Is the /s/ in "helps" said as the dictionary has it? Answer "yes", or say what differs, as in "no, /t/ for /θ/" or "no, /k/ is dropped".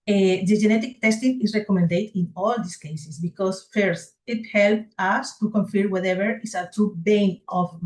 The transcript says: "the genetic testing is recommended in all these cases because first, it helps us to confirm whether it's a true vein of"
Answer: no, /s/ is dropped